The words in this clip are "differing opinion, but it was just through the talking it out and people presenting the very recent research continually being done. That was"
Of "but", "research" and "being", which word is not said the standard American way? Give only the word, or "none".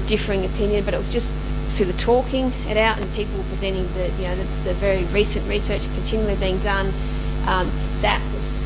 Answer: none